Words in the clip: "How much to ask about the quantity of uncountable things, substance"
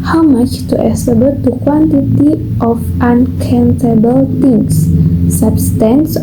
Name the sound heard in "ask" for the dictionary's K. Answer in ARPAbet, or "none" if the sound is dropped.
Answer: none